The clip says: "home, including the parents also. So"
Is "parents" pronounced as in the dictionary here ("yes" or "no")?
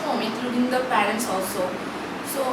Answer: yes